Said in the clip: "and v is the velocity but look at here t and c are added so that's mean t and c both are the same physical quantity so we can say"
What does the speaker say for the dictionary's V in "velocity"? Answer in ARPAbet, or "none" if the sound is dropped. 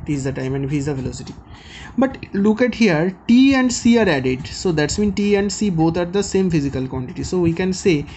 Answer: F